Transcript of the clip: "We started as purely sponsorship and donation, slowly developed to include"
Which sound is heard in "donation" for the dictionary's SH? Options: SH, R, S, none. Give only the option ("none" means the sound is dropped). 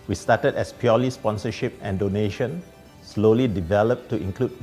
SH